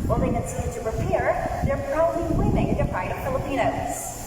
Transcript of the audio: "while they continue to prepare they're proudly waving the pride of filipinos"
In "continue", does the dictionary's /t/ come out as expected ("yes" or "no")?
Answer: no